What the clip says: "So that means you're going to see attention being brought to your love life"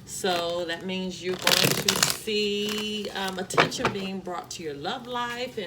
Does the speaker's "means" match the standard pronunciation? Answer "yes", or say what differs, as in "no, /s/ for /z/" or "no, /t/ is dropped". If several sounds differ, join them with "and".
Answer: yes